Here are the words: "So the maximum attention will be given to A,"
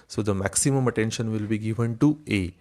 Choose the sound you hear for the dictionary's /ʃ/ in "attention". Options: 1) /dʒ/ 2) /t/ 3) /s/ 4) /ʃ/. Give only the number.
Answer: 4